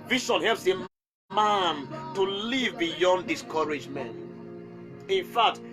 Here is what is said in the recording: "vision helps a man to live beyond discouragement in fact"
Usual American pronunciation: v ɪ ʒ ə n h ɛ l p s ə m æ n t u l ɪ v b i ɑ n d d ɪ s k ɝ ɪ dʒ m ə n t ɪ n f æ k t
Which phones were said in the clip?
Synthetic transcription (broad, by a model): v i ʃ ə n h ɛ l p s ə m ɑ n t u l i v b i ɑ n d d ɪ s k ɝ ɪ dʒ m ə n t ɪ n f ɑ k t